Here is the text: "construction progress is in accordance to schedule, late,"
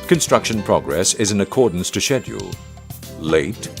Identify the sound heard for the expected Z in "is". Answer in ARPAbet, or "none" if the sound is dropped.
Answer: Z